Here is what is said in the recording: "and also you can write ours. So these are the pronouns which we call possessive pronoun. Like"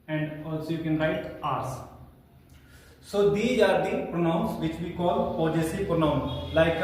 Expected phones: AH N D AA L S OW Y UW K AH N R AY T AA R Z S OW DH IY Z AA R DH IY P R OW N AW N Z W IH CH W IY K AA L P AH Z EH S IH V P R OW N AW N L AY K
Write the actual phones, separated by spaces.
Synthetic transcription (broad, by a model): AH N D AA L S OW Y UW K AH N R AY T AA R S S OW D IY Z AA R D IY P R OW N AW N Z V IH CH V IY K AA L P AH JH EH S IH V P R OW N AW N L AY K